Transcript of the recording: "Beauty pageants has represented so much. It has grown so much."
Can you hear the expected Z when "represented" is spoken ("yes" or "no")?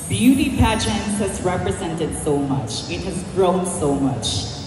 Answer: yes